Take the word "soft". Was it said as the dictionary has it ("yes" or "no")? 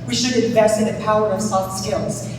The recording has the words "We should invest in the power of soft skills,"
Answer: no